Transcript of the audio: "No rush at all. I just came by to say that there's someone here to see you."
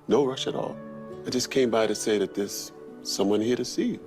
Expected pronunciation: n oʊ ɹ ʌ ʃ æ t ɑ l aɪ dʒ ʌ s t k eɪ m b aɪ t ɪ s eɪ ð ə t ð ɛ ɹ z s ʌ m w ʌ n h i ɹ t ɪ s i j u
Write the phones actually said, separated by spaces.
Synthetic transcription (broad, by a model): n oʊ ɹ ʌ ʃ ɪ t ɑ l aɪ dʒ ʌ s k eɪ m b aɪ t ɪ s eɪ ð ə t ð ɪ s ʌ m w ʌ n h i ɹ t ɪ s i